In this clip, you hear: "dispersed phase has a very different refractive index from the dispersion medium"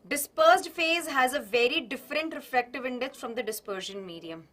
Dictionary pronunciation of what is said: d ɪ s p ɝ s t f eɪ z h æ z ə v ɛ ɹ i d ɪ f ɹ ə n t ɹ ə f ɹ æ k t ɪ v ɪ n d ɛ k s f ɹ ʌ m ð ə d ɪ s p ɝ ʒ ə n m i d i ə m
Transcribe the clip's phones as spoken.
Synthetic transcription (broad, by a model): d ɪ s p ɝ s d f eɪ z h æ z ə v ɛ ɹ i d ɪ f ɹ ə n t ɹ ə f l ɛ k t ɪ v ɪ n d ɛ k s f ɹ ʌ m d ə d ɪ s p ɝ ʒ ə n m i d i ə m